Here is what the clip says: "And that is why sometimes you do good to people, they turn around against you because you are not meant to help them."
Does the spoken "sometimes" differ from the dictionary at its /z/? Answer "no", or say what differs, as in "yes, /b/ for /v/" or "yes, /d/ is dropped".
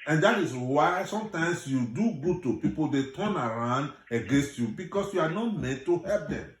yes, /s/ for /z/